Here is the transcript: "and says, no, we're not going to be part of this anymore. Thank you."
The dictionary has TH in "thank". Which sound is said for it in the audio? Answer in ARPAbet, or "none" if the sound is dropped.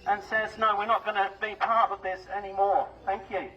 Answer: TH